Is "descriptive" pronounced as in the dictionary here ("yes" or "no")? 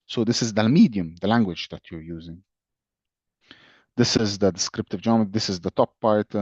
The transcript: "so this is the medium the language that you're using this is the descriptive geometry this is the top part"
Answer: yes